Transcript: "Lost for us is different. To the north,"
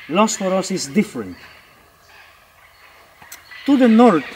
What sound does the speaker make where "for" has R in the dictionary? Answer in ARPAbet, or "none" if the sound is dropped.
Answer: R